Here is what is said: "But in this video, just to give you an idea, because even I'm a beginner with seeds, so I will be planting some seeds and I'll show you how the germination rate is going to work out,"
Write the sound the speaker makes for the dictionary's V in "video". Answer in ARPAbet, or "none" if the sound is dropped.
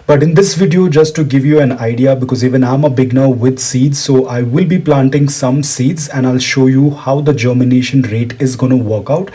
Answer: V